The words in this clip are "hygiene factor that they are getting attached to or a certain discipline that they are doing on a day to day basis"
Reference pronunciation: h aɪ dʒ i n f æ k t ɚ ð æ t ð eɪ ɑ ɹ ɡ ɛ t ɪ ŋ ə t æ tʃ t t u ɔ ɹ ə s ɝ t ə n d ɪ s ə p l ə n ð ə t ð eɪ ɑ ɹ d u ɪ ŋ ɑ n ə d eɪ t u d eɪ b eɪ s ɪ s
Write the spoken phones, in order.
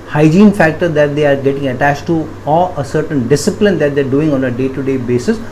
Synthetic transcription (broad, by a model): h aɪ dʒ i n f æ k t ɚ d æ t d eɪ ɑ ɹ ɡ ɛ t ɪ ŋ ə t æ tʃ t t u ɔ l ə s ɝ t ə n d ɪ s ə p l ə n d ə t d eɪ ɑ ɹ d u ɪ ŋ ɑ n ə d eɪ t u d eɪ b eɪ s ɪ s